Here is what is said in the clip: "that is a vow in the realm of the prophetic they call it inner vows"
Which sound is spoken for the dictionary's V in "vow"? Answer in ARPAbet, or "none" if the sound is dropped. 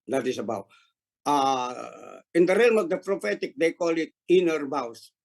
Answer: B